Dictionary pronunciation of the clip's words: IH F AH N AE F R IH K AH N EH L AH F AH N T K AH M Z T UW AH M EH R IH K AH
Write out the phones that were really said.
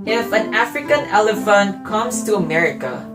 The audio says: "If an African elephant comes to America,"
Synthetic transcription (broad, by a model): IH F AH N AE F R IH K AH N EH L AH F AH N T K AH M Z T UW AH M EH R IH K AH